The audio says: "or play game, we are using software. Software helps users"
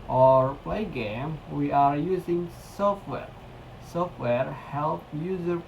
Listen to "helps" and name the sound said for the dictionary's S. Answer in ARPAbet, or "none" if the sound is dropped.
none